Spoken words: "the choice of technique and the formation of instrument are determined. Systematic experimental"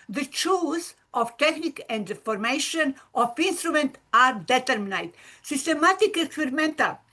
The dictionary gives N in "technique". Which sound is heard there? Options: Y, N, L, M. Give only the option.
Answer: N